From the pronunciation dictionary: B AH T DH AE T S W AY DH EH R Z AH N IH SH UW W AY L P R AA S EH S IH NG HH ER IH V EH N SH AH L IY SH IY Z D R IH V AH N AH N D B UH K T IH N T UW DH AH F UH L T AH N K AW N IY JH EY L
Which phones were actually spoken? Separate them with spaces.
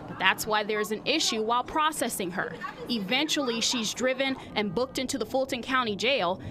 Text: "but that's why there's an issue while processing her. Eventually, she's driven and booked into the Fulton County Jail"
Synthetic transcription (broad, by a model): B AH T DH AE T S W AY DH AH R Z AH N IH SH UW W AY L P R AA S EH S IH NG ER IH V EH N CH L IY SH IY Z D R IH V AH N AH N B UH K T IH N T UW DH AH F UH L T AH N K AW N IY JH EY L